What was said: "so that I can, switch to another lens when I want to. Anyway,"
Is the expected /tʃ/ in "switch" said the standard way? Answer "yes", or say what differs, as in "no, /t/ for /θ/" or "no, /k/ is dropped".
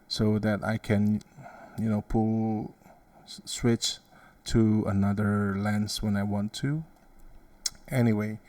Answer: yes